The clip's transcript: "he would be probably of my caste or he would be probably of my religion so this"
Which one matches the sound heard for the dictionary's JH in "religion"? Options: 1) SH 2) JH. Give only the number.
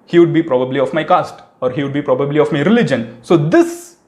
2